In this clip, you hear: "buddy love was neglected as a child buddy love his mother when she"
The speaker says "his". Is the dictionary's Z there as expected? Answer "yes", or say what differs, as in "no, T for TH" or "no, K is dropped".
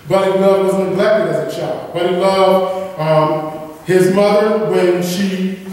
yes